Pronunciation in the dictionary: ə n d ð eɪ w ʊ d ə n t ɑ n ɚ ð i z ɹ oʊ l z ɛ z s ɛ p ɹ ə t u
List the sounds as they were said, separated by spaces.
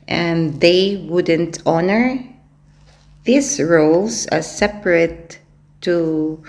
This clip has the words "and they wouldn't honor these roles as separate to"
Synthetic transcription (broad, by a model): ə n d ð eɪ w ʊ d ə n t ɑ n ɚ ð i s ɹ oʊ l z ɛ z s ɛ p ɹ ə t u